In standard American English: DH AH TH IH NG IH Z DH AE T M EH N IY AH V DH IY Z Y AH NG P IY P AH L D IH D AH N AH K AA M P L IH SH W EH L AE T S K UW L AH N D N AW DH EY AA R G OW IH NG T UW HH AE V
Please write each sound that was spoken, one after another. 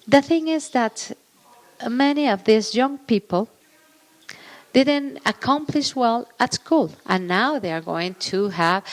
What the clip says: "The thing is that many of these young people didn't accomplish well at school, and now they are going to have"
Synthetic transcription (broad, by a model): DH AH TH IH NG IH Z DH AE T M EH N IY AH V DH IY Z Y AH NG P IY P AH L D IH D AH N AH K AA M P L IH SH W EH L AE T S K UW L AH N N AW DH EY AA R G OW IH NG T UW HH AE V